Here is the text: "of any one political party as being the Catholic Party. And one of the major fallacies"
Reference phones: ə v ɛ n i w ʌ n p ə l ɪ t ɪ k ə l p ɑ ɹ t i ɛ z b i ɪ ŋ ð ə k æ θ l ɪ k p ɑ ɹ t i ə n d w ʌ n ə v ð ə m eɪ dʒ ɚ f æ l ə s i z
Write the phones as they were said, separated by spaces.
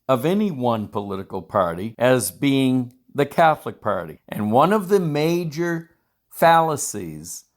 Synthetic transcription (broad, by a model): ə v ɛ n i w ʌ n p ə l ɪ t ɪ k l p ɑ ɹ t i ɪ z b i ɪ ŋ ð ə k æ θ l ɪ k p ɑ ɹ t i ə n w ʌ n ə v ð ə m eɪ dʒ ɚ f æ l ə s i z